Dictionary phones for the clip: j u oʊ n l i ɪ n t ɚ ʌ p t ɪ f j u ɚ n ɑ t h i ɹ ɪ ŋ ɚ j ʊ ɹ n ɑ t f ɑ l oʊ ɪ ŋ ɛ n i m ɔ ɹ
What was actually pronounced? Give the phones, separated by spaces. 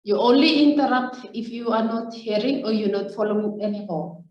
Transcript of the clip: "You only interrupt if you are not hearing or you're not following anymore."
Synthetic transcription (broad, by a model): j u oʊ n l i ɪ n t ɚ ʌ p t ɪ f j u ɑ n ɑ t h i ɹ ɪ ŋ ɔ j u n ɑ t f ɑ l oʊ ɪ ŋ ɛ n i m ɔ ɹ